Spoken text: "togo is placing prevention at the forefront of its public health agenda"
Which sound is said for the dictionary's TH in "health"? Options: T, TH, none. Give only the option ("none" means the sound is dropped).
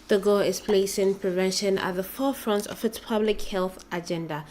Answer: TH